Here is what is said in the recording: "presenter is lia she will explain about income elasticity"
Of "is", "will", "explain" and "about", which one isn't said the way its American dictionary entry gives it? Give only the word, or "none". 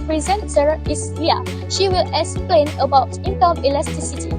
is